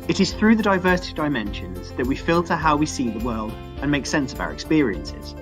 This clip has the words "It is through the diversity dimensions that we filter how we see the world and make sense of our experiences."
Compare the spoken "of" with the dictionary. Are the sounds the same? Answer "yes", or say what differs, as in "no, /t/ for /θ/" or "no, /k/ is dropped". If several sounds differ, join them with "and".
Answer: yes